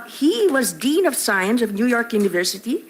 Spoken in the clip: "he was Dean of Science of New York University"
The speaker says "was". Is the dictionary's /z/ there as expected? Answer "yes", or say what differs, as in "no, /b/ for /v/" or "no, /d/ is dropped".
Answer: yes